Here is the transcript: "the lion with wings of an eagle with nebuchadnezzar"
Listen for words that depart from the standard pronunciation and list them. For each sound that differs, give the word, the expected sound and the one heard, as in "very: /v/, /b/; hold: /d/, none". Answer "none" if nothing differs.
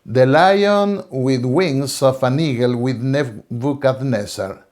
wings: /z/, /s/; of: /v/, /f/